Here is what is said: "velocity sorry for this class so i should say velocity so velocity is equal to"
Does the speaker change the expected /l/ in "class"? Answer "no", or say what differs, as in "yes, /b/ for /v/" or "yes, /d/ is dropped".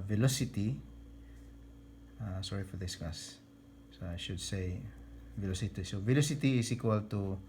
yes, /l/ is dropped